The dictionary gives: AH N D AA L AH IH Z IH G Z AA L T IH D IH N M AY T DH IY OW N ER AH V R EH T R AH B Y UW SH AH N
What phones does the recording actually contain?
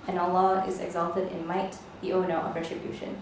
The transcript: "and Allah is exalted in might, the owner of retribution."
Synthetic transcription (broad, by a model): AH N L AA AH IH Z IH G Z AA L T IH D IH N M AY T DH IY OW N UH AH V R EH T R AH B Y UW SH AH N